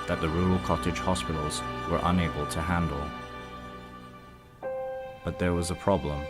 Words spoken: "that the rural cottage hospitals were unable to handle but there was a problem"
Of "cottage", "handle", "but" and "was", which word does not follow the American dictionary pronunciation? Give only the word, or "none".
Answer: none